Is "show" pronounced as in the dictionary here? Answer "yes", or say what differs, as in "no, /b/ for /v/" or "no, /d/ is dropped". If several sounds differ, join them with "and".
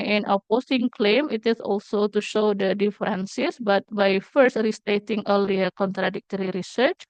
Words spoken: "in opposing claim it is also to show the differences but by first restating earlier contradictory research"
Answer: yes